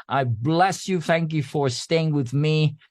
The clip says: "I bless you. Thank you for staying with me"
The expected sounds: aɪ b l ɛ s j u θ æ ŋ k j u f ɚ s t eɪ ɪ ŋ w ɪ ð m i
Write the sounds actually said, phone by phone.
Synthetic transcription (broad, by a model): aɪ b l ɛ s j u θ æ ŋ k j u f ɚ s t eɪ ɪ ŋ w ɪ ð m i